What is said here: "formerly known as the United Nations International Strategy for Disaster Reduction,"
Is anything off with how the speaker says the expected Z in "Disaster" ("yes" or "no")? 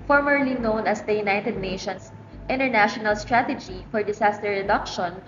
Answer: yes